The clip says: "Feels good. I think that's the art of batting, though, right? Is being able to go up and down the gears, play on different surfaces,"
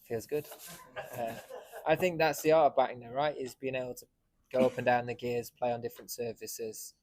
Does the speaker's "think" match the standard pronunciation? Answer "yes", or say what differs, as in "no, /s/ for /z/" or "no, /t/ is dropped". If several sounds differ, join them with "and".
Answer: yes